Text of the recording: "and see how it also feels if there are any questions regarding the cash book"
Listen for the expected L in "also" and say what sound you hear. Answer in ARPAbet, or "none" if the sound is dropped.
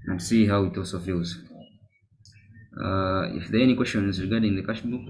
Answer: none